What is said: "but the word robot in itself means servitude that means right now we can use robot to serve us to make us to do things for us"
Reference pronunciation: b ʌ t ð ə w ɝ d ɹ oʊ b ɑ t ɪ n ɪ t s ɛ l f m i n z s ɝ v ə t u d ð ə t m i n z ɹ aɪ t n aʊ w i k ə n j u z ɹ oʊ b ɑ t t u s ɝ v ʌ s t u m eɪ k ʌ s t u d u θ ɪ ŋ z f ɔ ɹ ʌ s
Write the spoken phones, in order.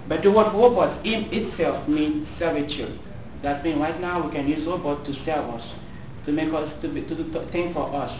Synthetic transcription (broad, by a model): b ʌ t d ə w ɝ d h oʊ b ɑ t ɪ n ɪ t s ɛ l f m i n s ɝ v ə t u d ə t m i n ɹ aɪ t n aʊ w i k ə n j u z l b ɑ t t u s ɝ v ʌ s t u m eɪ k ʌ s t u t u t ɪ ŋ f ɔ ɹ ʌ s